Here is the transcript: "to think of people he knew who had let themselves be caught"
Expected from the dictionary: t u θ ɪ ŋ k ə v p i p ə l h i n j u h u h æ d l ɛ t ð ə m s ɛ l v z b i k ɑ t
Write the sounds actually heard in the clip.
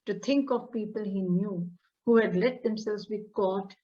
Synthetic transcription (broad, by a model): t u t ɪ ŋ k ə v p i p ə l h i n j u h u h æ d l ɛ t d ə m s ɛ l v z b i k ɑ t